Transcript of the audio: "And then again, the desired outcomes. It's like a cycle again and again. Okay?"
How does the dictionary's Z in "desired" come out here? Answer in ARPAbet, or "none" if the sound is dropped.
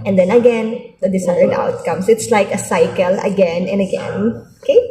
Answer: S